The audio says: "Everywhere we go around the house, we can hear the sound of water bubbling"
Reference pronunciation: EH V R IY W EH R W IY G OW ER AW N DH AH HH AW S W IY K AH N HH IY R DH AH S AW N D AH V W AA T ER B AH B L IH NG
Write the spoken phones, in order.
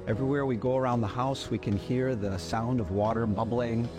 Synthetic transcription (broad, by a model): EH V R IY W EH R W IY G OW ER AW N DH AH HH AW S W IY K AH N HH IY R DH AH S AW N D AH V W AA T ER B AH B L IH NG